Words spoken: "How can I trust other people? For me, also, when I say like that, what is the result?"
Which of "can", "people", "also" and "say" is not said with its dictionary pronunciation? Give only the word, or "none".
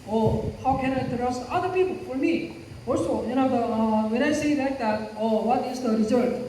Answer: also